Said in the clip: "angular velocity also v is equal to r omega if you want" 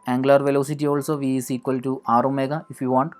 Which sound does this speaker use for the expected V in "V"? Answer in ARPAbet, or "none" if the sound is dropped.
V